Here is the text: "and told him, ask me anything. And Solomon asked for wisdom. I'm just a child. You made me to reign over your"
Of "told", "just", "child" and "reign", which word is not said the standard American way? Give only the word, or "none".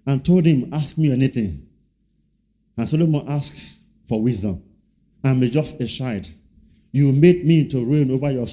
child